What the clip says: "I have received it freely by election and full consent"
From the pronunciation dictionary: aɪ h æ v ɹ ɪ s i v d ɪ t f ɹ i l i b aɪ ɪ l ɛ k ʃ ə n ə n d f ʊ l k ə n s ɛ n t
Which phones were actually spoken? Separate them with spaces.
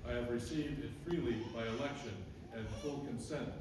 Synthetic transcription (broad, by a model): aɪ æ v ɹ ɪ s i v d ɪ t f ɹ i l i b aɪ ɪ l ɛ k ʃ ə n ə n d f ʊ l k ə n s ɛ n t